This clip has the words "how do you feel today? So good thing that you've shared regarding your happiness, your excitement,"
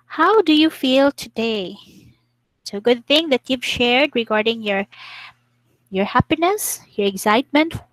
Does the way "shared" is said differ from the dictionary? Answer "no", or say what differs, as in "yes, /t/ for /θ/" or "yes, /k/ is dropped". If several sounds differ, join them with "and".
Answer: no